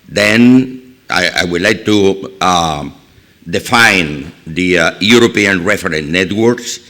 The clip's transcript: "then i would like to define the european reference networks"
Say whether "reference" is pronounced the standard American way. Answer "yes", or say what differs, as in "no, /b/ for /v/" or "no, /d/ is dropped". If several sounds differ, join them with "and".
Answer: no, /s/ is dropped